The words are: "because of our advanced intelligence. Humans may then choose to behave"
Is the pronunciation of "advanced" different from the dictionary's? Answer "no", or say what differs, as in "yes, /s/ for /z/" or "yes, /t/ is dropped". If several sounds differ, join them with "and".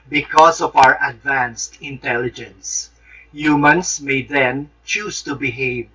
no